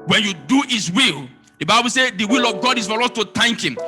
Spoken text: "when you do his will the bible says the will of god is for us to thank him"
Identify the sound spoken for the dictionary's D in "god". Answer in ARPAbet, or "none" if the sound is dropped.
D